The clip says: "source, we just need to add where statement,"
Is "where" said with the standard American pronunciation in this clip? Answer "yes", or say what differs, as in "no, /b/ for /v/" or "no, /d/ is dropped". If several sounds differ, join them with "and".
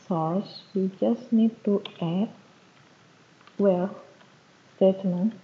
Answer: no, /l/ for /ɹ/